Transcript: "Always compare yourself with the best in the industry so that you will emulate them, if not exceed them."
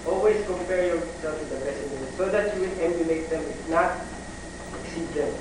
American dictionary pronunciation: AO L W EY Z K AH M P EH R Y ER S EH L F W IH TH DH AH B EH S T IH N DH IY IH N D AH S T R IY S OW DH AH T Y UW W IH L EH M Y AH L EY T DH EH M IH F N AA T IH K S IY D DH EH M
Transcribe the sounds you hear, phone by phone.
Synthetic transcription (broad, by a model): AO L W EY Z K AH M P EH R Y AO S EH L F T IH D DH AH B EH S IH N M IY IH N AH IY S OW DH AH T Y UW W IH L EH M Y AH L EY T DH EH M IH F N AA T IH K S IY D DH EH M